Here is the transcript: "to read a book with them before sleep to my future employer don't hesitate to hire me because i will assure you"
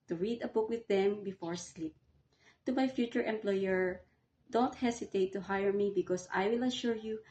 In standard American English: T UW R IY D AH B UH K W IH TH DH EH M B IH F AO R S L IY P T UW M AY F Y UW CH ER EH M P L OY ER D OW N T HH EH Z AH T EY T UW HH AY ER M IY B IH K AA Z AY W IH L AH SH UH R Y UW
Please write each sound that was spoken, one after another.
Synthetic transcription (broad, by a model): T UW R IY D AH B UH K W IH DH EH M B IH F AO R S L IY P T UW M AY F Y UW CH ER EH M P L OY ER D OW N T HH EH S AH T EY T UW HH AY ER M IY B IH K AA S AY W IH L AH SH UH R Y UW